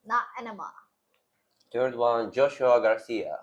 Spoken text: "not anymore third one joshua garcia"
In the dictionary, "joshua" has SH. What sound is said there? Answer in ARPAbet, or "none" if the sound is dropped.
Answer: SH